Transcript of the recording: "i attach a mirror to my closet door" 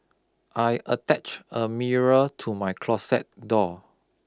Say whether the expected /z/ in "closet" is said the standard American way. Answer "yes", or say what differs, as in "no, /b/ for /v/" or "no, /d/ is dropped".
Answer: no, /s/ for /z/